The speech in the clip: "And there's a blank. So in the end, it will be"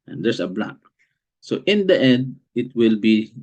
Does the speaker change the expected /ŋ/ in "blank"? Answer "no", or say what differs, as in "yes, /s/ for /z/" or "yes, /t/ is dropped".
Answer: yes, /ŋ/ is dropped